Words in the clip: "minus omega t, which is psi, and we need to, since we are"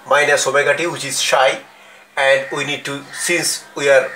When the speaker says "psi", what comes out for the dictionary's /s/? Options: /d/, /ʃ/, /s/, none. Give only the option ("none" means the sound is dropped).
/ʃ/